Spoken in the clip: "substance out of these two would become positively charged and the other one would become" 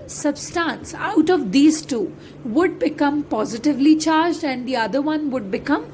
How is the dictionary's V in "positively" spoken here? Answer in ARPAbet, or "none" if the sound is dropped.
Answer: V